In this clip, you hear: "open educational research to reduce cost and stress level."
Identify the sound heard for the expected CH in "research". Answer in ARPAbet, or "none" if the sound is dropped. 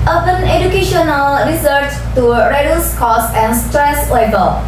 S